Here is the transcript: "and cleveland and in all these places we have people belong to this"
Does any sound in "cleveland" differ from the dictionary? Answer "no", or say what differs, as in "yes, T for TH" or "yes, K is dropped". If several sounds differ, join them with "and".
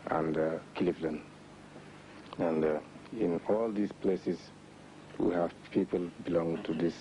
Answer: yes, D is dropped